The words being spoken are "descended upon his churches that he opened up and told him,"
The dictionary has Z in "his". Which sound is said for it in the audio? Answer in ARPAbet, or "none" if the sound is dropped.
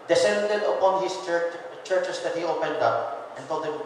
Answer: S